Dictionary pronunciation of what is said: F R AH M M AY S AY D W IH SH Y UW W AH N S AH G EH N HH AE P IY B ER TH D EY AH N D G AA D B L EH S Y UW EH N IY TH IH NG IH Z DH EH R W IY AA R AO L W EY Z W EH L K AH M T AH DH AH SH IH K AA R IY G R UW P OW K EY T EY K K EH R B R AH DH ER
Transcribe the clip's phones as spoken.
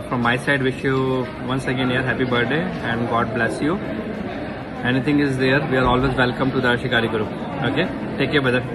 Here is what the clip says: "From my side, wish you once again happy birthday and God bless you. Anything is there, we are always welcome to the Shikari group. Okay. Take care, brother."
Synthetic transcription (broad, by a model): F R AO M M AY S AY D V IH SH Y UW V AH N S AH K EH N HH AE P IY B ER D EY AH N D G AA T B L EH S Y UW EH N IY T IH NG IH Z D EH R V IY AA R AO L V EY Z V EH L K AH M T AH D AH SH IH K AA R IY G R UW OW K EY T EY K K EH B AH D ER